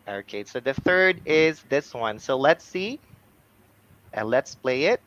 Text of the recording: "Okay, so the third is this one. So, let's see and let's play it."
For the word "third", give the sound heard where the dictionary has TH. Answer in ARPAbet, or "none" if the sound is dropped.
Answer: TH